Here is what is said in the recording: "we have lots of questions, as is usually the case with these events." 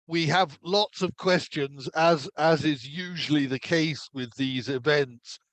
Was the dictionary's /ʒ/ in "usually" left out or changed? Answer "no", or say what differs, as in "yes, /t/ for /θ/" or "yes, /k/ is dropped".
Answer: no